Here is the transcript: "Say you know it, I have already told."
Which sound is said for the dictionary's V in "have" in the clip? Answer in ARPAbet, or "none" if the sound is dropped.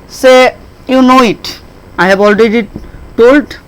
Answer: B